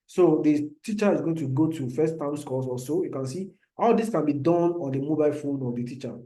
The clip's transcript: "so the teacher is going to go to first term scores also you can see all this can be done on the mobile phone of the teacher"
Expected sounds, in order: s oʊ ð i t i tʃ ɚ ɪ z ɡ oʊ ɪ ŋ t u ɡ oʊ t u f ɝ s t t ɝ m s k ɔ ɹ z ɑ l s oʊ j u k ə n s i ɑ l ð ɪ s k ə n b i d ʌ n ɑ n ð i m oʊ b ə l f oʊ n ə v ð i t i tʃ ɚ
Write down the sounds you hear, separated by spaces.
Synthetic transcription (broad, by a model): s oʊ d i t i tʃ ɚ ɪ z ɡ oʊ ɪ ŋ t u ɡ oʊ t u f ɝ s t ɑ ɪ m s k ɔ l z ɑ s oʊ j u k ə n s i ɑ l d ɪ s k ə n b i d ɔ n ɑ n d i m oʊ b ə l f oʊ n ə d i t i tʃ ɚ